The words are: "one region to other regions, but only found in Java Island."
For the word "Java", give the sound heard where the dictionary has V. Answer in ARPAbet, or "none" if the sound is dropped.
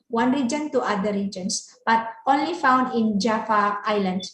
F